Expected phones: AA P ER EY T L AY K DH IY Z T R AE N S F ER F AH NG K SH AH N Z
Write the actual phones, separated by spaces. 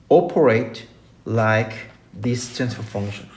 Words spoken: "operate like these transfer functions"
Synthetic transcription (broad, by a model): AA P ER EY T L AY K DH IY S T AE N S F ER F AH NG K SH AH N